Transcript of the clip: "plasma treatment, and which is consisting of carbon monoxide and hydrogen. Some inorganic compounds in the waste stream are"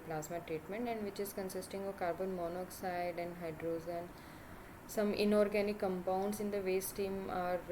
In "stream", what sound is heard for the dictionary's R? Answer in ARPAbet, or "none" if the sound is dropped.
none